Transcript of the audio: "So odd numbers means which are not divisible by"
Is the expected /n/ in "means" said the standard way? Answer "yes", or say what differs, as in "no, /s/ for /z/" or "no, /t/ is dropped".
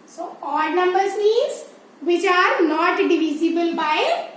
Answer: no, /n/ is dropped